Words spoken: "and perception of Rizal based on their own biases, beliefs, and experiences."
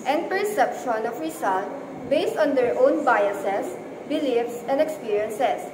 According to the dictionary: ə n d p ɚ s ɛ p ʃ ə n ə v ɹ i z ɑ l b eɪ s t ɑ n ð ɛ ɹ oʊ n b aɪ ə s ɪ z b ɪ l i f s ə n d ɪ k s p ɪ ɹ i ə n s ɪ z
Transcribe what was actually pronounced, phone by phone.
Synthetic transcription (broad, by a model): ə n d p ɚ s ɛ p ʃ ə n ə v ɹ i s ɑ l b eɪ s t ɑ n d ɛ ɹ oʊ n b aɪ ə s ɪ s b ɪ l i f s ə n d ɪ k s p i ɹ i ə n s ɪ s